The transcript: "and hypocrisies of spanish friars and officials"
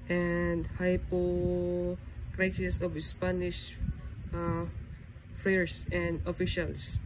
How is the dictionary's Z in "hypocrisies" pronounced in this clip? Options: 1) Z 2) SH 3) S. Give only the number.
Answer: 3